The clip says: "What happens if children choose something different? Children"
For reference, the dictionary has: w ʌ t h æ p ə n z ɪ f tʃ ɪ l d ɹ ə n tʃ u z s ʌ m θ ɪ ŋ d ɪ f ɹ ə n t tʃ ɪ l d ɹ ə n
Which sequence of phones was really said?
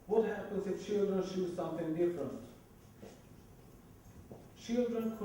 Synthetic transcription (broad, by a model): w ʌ t h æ p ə n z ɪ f tʃ ɪ l d ɹ ə n ʃ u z s ʌ m θ ɪ ŋ d ɪ f ɹ ə n t tʃ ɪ l d ɹ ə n